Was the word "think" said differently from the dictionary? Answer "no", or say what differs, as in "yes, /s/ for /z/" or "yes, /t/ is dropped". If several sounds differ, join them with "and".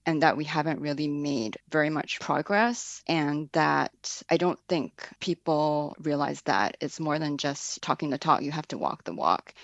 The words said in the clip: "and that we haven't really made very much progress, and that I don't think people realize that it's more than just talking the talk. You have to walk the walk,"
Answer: no